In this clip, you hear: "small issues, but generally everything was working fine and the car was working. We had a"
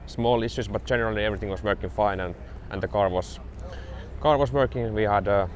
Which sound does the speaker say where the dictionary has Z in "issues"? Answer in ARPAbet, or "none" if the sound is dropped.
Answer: S